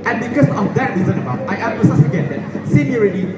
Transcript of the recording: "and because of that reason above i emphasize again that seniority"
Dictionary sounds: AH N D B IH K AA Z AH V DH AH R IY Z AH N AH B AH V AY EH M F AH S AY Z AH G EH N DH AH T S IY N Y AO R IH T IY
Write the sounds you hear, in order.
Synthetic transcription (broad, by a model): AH N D B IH K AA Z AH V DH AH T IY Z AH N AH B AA AY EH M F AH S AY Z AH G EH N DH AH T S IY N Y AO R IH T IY